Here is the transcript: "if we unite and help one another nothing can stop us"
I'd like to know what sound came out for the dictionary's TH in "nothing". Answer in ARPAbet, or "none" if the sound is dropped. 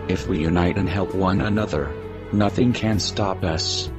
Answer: TH